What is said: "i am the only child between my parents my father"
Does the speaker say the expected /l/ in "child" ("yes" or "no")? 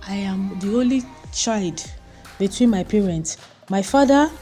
yes